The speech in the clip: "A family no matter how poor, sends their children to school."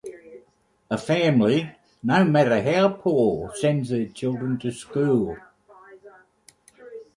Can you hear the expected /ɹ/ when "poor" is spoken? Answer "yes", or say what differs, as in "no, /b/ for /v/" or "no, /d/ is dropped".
no, /l/ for /ɹ/